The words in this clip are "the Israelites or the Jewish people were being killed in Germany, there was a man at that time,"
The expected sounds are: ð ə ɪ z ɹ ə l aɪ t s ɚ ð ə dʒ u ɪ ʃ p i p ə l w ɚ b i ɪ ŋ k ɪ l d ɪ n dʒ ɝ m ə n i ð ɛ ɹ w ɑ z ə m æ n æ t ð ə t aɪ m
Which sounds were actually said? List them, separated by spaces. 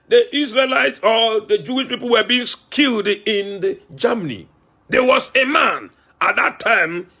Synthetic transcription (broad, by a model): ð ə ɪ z ɹ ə l aɪ t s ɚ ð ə dʒ u ɪ ʃ p i p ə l w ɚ b i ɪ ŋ k ɪ l d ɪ n dʒ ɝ m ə n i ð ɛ w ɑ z ə m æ n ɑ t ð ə t aɪ m